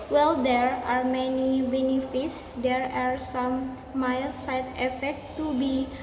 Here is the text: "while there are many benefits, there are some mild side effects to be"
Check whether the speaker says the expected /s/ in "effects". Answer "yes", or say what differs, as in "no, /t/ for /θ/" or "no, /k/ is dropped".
no, /s/ is dropped